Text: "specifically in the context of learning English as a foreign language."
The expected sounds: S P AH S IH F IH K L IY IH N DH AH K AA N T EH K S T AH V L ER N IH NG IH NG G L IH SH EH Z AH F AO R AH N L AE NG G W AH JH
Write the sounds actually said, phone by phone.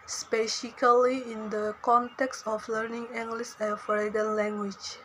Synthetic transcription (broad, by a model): S P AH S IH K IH L IY IH N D AH K AA N T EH K S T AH F L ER N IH NG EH NG G L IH S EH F AH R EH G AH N L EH NG G W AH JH